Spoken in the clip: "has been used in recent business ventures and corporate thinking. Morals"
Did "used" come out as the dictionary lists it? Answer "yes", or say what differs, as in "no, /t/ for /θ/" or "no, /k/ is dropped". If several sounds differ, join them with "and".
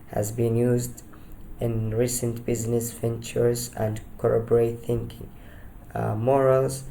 yes